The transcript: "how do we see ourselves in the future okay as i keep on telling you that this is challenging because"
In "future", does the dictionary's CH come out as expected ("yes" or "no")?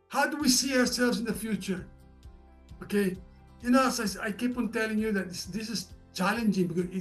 yes